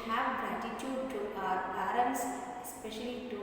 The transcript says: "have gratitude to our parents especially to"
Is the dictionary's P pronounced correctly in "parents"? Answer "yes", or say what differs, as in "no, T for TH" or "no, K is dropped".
no, B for P